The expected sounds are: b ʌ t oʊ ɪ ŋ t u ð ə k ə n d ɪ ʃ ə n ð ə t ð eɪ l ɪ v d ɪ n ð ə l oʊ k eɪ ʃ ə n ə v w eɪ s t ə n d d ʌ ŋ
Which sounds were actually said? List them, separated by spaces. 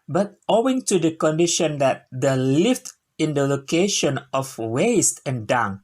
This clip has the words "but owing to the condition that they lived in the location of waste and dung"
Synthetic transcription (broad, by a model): b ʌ t oʊ ɪ ŋ t u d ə k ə n d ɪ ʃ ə n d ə t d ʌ l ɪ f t ɪ n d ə l oʊ k eɪ ʃ ə n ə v w eɪ s t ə n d d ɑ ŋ